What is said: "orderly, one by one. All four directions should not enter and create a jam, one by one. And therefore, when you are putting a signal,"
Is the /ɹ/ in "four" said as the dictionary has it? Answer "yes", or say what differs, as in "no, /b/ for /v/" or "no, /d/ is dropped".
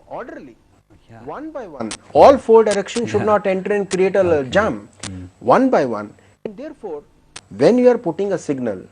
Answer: no, /l/ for /ɹ/